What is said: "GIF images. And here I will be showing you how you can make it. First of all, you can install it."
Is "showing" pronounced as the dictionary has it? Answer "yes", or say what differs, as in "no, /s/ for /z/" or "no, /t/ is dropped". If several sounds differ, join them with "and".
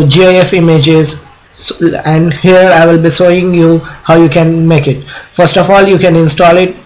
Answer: no, /s/ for /ʃ/